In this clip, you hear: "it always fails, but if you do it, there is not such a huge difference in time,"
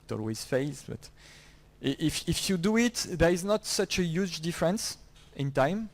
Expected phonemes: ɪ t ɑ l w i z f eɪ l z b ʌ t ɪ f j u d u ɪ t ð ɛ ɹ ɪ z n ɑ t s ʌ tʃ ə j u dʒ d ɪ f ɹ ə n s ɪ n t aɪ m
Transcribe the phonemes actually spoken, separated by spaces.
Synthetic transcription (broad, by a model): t ɑ l w i z f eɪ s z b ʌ t ɪ f j u d u ɪ t ð ɛ ɹ ɪ z n ɑ t s ʌ tʃ ə j u dʒ d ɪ f ɹ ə n s ɪ n t aɪ m